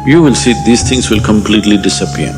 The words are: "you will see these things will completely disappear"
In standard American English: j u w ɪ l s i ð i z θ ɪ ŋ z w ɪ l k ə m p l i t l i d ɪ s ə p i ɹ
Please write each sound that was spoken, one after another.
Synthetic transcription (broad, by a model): j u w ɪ l s i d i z t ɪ ŋ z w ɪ l k ə m p l i t l i d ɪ s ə p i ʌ